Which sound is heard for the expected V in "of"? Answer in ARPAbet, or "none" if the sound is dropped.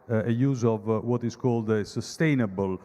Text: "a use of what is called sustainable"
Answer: V